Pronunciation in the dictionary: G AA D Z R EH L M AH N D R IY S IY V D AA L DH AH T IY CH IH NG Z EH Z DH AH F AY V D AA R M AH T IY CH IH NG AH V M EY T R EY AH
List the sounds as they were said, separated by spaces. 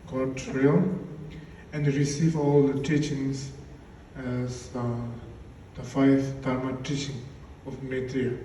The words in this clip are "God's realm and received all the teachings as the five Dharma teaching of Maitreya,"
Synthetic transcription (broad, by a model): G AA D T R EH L AH N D R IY S IY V AA L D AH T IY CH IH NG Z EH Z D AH F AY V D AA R M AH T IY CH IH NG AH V M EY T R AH